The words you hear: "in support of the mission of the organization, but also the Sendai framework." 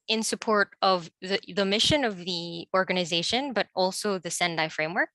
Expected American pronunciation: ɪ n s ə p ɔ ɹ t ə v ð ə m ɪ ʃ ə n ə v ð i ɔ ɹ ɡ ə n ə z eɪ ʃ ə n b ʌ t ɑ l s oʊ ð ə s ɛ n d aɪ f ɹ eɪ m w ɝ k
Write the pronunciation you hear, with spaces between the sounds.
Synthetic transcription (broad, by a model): ɪ n s ə p ɔ ɹ t ə v ð ə m ɪ ʃ ə n ə v ð i ɔ ɹ ɡ ə n ə z eɪ ʃ ə n b ʌ t ɑ l s oʊ ð ə s ɛ n d aɪ f ɹ eɪ m w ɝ k